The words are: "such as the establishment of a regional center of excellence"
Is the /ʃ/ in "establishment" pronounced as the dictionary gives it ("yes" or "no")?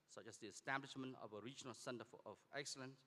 yes